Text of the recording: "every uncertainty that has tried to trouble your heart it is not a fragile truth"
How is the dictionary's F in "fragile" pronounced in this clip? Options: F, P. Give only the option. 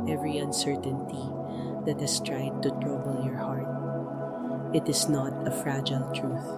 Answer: F